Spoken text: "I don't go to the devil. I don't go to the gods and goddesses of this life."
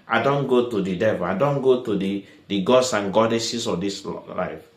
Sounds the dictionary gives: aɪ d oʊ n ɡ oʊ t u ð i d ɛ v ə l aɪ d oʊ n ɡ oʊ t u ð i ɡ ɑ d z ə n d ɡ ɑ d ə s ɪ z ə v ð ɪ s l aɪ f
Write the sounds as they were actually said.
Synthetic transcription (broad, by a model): aɪ d oʊ n ɡ oʊ t u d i d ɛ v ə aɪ d oʊ n ɡ oʊ t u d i ɡ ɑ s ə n ɡ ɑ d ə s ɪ s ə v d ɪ s l aɪ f